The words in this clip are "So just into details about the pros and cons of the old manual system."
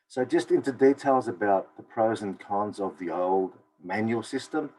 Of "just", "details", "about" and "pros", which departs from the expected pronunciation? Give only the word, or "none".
none